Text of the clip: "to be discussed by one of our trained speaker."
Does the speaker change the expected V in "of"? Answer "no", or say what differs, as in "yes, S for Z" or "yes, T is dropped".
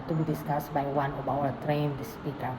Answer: yes, B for V